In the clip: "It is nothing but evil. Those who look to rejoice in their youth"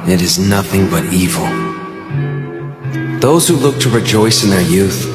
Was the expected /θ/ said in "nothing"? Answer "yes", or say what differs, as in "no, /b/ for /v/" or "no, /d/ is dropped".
yes